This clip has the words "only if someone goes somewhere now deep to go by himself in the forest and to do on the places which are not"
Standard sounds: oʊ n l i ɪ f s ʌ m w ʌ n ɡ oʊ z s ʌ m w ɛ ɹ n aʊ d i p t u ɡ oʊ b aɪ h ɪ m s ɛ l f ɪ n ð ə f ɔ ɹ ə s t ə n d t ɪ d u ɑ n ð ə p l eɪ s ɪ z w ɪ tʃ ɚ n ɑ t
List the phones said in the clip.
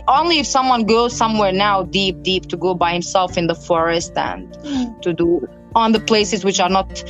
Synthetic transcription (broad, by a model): oʊ n l i ɪ f s ʌ m w ʌ n ɡ oʊ z s ʌ m w ɛ ɹ n aʊ d i p t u ɡ oʊ b aɪ h ɪ m s ɛ l f ɪ n ð ə f ɔ ɹ ə s t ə n t ɪ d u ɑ n ð ə p l eɪ s ɪ z w ɪ tʃ ɚ n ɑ t